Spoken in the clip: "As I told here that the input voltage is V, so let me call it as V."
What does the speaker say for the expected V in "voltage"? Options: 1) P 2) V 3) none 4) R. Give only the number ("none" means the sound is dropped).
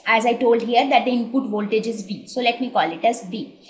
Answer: 2